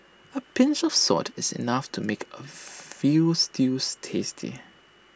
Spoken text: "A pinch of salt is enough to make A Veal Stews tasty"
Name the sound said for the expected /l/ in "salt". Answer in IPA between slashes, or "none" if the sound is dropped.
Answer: none